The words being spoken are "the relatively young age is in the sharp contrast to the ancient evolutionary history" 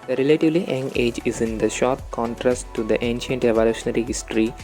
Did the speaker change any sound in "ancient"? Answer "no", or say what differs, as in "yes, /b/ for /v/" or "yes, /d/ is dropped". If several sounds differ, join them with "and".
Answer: no